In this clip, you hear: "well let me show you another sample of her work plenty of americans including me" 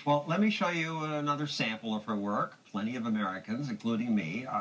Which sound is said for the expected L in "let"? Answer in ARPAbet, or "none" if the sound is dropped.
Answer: L